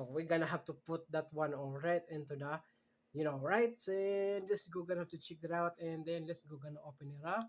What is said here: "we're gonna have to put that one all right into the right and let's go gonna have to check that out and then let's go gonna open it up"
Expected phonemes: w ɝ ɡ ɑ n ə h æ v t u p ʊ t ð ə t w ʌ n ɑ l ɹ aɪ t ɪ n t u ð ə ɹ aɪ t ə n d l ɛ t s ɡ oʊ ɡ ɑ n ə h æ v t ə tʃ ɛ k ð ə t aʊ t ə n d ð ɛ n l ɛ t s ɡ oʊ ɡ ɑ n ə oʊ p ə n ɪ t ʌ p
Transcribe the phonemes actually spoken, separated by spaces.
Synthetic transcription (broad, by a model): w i ɡ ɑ n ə h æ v t u p ʊ t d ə t w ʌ n ɑ l ɹ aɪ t ɪ n t u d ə ɹ aɪ t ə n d l ɛ t s ɡ oʊ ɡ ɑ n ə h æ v t ə tʃ ɛ k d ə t aʊ t ə n d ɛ n l ɛ t s ɡ oʊ ɡ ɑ n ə oʊ p ə n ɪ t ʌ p